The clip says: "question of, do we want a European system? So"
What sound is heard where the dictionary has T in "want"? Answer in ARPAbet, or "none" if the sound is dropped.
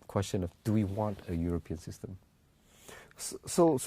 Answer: T